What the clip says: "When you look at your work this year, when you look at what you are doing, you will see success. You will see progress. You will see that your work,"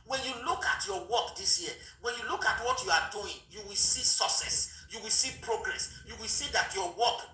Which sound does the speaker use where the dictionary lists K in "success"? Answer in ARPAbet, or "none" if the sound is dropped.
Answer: none